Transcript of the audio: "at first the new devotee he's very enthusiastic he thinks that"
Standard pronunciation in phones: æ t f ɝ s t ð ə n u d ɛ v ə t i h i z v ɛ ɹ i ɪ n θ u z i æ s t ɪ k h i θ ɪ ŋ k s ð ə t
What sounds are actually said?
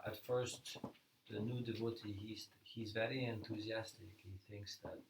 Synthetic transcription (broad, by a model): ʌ t f ɝ s t ð ə n u d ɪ v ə t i h i z v ɛ ɹ i ɪ n θ u z i æ s t ɪ k h i θ ɪ ŋ k s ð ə t